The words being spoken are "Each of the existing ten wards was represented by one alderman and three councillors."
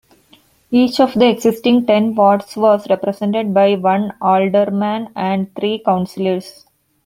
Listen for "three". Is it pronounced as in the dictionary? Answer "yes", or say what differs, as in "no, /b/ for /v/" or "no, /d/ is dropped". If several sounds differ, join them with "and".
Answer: no, /t/ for /θ/